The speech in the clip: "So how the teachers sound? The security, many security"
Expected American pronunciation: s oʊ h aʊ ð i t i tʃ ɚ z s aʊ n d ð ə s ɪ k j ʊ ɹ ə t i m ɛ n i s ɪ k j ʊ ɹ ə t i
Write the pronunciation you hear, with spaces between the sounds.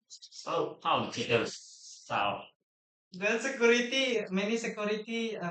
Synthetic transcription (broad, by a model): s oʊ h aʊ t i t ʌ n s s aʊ d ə s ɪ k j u ɹ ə t i m ɛ n i s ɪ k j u ɹ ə t i